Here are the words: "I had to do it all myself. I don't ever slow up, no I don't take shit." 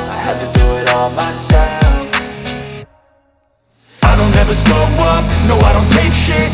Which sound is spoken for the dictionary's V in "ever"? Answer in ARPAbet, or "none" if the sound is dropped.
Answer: V